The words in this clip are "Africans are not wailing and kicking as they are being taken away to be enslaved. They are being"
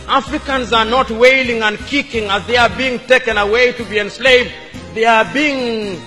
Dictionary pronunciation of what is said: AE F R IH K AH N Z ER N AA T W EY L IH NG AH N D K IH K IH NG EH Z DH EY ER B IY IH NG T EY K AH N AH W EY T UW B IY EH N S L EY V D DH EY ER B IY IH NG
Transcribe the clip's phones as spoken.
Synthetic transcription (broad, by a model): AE F R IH K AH N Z ER N AA T W EY L IH NG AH N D K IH K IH NG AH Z DH EY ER B IY IH NG T EY K AH N AH W EY T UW B IY EH N S L EY V D DH EY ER B IY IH NG